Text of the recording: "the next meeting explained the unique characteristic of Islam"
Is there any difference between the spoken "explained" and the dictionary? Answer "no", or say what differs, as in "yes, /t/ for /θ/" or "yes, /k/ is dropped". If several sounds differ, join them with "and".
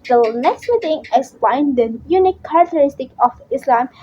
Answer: yes, /k/ is dropped